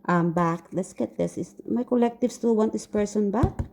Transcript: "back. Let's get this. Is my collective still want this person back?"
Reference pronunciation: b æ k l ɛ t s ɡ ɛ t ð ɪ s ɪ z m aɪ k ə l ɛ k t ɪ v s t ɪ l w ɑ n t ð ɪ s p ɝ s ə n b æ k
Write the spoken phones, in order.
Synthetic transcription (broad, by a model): b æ k l ɛ t s ɡ ɛ t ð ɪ s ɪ s m aɪ k ə l ɛ k t ɪ v s t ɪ l w ɑ n t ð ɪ s p ɝ s ə n b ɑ k